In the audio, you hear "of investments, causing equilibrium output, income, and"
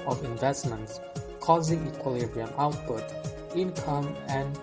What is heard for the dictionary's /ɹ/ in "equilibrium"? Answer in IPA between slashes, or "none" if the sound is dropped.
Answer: /ɹ/